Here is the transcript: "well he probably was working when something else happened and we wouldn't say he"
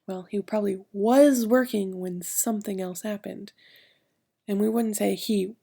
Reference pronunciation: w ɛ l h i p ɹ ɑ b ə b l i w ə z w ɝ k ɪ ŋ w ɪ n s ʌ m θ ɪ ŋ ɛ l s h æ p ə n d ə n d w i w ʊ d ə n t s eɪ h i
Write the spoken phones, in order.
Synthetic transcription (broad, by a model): w ɛ l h i p ɹ ɑ b ə b l i w ə z w ɝ k ɪ ŋ w ɪ n s ʌ m θ ɪ ŋ ɛ l s h æ p ə n d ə n w i w ʊ d n t s eɪ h i